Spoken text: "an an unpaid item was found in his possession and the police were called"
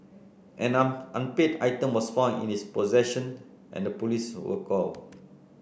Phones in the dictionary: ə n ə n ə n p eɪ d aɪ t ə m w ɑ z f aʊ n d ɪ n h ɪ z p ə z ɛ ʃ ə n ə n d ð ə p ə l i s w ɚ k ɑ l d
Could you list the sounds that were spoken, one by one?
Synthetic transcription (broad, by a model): ə n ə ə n p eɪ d aɪ t ə m w ɑ s f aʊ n ɪ n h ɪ s p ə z ɛ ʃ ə n ə n d ə p ə l i s w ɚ k ɑ l